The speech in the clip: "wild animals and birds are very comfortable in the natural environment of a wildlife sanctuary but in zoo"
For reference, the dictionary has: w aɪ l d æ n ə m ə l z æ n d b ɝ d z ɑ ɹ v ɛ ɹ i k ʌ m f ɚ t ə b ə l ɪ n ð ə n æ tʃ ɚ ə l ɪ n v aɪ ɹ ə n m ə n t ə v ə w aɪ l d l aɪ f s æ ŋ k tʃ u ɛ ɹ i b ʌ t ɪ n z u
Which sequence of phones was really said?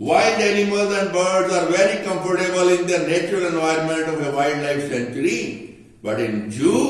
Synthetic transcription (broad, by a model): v aɪ l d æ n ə m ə l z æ n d b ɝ d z ɑ ɹ v ɛ ɹ i k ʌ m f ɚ t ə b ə l ɪ n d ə n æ tʃ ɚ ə l ɪ n v aɪ ɹ ə n m ə n t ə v ə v aɪ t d l aɪ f s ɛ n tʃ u ɹ i b ʌ t ɪ n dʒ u